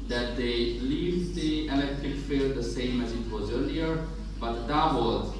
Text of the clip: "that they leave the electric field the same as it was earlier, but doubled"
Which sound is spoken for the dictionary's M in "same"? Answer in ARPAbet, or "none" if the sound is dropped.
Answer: M